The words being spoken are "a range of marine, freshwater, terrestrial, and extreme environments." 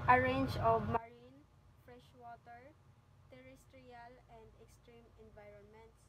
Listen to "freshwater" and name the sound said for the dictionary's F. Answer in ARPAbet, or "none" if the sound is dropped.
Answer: F